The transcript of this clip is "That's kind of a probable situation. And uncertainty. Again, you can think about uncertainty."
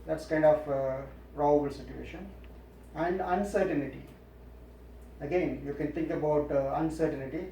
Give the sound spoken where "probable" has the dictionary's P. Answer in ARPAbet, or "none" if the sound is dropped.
F